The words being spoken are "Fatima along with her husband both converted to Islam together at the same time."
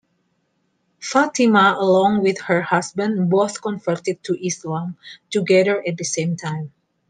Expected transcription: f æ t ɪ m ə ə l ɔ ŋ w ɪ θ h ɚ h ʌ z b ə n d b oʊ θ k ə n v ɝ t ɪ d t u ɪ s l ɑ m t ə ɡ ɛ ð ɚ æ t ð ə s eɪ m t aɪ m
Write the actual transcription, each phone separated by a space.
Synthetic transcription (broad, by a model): f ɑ t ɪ m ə ə l ɔ ŋ w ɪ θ h ɚ h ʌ s b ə n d b oʊ θ k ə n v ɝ t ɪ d t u ɪ s l ɑ m t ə ɡ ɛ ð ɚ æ t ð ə s eɪ m t aɪ m